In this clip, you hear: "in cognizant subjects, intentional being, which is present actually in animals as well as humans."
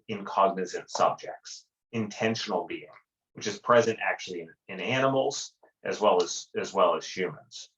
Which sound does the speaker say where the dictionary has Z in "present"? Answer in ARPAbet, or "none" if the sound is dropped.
Z